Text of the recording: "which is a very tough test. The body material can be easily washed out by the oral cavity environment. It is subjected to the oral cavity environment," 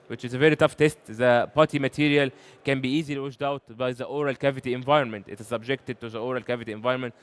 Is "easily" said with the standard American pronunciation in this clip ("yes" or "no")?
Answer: yes